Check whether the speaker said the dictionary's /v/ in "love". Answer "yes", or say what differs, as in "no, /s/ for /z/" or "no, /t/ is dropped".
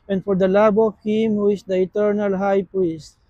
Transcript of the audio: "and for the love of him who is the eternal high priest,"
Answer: no, /b/ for /v/